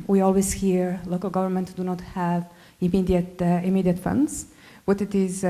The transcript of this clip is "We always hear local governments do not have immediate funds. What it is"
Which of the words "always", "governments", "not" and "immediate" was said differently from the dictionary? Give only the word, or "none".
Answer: governments